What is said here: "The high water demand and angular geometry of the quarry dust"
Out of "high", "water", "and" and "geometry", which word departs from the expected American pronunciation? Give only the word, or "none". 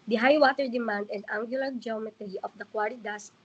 none